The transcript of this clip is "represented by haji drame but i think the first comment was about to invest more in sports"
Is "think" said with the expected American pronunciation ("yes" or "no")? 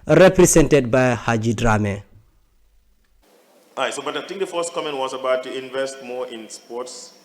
no